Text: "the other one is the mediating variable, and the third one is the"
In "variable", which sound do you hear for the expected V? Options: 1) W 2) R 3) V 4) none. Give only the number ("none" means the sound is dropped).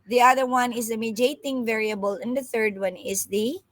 3